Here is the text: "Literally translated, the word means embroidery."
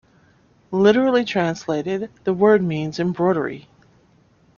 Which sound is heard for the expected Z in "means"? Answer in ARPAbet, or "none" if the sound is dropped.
Z